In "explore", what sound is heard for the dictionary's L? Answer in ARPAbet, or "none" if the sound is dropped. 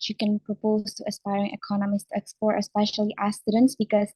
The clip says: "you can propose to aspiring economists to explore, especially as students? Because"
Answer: none